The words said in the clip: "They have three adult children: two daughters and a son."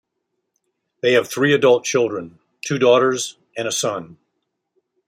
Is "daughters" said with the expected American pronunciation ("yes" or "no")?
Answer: yes